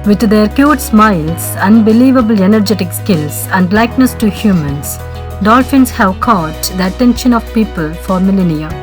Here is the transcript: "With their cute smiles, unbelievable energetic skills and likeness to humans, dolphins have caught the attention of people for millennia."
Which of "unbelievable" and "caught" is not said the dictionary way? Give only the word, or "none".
none